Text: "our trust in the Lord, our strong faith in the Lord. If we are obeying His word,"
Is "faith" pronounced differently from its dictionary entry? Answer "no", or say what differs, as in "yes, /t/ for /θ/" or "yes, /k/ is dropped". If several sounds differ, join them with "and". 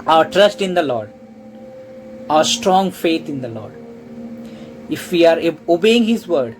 yes, /t/ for /θ/